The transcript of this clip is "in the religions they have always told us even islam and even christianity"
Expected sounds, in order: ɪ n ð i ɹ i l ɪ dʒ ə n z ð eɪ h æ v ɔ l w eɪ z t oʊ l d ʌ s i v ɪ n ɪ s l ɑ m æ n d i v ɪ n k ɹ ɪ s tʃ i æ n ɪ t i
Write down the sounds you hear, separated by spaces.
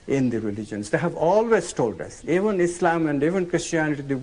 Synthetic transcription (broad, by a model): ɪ n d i ɹ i l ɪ dʒ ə n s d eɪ h æ v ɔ l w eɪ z t oʊ l d ʌ s i v ɪ n ɪ s l ɑ m æ n d i v ɪ n k ɹ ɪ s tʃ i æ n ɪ t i